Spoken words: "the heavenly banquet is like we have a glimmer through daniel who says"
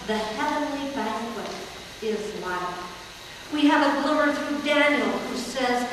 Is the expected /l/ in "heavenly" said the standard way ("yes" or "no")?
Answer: yes